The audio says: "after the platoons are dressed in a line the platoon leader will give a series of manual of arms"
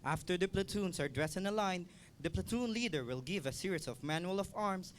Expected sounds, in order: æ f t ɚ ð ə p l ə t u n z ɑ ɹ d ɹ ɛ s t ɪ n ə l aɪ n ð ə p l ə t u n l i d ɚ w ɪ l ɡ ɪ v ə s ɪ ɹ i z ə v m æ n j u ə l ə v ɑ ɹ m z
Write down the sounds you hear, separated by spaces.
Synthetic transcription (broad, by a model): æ f t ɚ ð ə p l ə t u n s ɑ ɹ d ɹ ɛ s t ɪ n ə l aɪ n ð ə p l ə t u n l i d ɚ w ɪ l ɡ ɪ v ə s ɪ ɹ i s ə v m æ n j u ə l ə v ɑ ɹ m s